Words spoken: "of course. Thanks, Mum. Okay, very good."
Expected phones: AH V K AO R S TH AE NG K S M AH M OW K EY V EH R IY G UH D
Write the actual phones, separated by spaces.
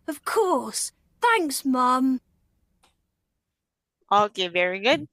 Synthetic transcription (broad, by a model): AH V K AO R S TH AE NG K S M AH M OW K EY V EH R IY G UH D